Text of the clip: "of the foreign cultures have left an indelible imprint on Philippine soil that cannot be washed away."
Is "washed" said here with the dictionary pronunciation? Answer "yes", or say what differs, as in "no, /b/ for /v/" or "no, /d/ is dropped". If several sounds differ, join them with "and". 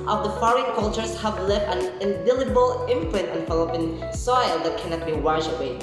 no, /t/ is dropped